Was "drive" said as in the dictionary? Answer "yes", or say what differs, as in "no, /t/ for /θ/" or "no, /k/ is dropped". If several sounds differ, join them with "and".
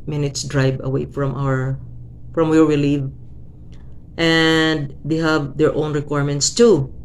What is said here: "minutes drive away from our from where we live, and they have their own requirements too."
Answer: no, /b/ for /v/